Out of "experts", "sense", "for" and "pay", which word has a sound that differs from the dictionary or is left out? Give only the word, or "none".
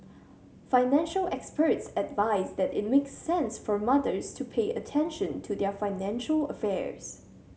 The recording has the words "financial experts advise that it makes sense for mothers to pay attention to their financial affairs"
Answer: none